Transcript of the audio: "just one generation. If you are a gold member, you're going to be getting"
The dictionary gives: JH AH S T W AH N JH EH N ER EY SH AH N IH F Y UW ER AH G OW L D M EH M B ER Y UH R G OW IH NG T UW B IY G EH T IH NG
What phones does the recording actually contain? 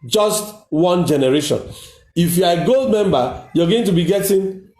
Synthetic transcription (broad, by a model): JH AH S T W AH N JH EH N ER EY SH AH N IH F Y UW AH G OW L D M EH M B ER Y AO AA G OW IH NG T UW B IY G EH T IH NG